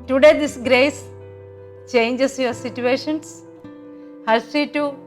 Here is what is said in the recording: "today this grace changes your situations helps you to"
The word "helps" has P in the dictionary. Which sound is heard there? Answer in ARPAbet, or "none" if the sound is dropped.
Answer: none